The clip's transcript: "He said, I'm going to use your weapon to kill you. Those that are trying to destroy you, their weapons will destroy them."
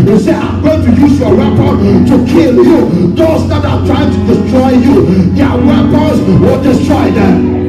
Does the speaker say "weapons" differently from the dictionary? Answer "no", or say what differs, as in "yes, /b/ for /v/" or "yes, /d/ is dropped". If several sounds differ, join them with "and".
yes, /n/ is dropped